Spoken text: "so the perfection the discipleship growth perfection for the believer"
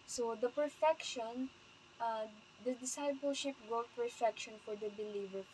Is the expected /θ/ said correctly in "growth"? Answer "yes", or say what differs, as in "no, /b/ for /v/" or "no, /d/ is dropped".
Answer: no, /t/ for /θ/